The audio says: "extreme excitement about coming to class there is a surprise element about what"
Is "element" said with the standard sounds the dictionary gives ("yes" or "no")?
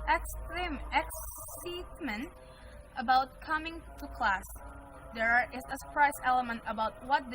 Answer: yes